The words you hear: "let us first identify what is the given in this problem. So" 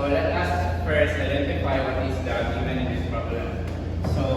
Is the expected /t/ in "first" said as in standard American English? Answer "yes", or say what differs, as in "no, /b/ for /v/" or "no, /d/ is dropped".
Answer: no, /t/ is dropped